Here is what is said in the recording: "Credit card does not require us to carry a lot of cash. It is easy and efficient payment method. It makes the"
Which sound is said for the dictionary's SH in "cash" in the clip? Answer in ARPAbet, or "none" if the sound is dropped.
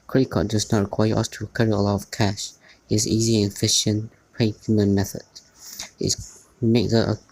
SH